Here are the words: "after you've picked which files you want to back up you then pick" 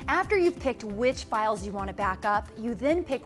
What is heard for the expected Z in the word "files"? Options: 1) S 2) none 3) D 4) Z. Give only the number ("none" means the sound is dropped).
4